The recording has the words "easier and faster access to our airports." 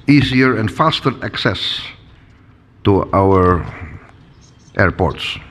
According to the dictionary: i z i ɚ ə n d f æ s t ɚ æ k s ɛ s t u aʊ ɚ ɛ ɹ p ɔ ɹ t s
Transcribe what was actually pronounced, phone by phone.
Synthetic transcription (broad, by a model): i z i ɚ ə n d f æ s t ɚ æ k s ɛ s t u aʊ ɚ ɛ ɹ p ɔ ɹ t s